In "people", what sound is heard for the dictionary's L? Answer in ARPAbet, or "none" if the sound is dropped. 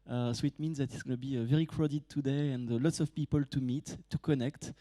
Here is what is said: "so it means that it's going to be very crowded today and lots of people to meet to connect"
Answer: L